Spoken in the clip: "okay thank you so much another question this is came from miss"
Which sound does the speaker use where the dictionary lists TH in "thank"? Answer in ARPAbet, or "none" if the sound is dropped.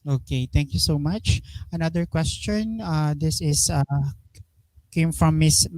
T